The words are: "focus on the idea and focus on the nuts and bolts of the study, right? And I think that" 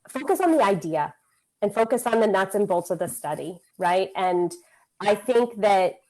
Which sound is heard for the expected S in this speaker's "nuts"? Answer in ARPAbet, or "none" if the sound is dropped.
S